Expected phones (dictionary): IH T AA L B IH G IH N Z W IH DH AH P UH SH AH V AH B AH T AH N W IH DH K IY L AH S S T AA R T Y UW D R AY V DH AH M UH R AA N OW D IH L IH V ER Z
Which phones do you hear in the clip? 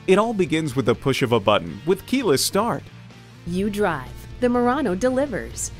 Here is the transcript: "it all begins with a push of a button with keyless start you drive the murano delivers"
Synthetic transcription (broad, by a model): IH T AA L B IH G IH N Z W IH DH AH P UH SH AH V AH B AH T N W IH DH K IY L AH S S T AA R T Y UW D R AY V DH AH M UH R AA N OW D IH L IH V ER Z